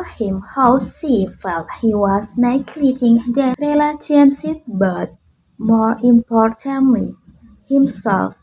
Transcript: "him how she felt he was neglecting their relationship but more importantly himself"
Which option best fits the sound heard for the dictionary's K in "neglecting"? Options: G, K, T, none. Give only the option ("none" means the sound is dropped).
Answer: none